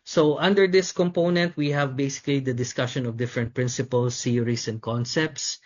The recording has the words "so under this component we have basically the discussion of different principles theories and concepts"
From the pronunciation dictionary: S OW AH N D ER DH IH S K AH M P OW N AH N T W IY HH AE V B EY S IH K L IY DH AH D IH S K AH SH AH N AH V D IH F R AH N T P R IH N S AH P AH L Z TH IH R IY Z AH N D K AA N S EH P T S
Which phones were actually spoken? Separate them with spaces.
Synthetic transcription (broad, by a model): S OW AH N D ER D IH S K AH M P OW N AH N T W IY HH AE V B EY S IH K L IY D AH D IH S K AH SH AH N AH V D IH F R AH N T P R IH N S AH P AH L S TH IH R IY S AH N D K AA N S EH P T S